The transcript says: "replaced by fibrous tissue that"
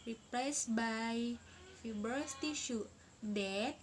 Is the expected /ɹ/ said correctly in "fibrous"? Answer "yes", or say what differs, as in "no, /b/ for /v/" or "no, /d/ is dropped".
no, /ɹ/ is dropped